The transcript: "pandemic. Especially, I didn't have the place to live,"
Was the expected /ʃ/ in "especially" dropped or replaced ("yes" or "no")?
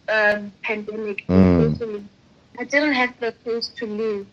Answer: yes